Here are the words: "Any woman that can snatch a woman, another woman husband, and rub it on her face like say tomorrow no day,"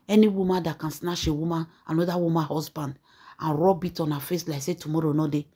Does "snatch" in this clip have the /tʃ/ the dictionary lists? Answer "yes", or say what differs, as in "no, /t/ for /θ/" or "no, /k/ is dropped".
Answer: no, /ʃ/ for /tʃ/